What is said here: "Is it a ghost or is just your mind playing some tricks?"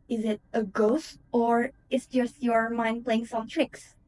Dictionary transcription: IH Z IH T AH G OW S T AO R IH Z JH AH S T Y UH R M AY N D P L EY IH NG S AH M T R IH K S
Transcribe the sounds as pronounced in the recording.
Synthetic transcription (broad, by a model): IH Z IH T AH G OW S T AO R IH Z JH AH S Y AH R M AY N D P L EY IH NG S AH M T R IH K S